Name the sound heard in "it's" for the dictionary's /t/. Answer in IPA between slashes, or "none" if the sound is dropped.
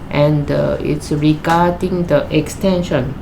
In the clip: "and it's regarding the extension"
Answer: /t/